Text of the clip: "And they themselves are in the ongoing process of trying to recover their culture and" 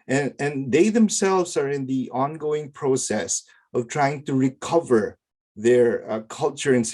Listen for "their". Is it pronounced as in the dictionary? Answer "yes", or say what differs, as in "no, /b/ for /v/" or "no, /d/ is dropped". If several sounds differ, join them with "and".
yes